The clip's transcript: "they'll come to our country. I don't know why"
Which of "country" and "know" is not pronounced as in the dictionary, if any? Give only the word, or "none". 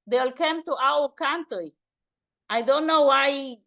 country